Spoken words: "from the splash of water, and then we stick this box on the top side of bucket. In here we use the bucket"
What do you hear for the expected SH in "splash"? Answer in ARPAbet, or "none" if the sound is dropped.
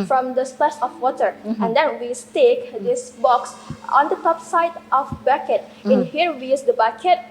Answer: S